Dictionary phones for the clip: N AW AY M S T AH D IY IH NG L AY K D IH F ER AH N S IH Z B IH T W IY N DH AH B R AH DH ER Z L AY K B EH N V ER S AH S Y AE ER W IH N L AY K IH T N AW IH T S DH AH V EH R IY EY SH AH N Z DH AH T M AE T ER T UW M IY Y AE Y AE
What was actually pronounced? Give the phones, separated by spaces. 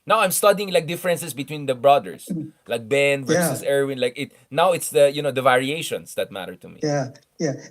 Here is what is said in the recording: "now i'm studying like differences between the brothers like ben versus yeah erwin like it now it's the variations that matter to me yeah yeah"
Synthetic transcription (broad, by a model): N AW AY M S T AH D IY IH NG L AY K D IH F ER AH N S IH S B IH T W IY N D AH B R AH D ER S L AY K B EH N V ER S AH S ER W IH N L AY K IH T N AW IH T S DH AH V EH R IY EY SH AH N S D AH T M AE T ER T UW M IY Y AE Y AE